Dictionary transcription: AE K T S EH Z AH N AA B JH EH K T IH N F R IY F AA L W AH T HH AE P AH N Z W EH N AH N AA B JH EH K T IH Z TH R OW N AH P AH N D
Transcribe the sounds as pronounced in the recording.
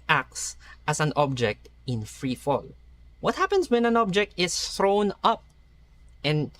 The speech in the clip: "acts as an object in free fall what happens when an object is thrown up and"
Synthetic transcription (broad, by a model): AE K T S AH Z AH N AA B JH EH K T IH N F R IY F AA L W AH T HH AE P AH N S W EH N AH N AA B JH EH K T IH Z TH R OW N AH P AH N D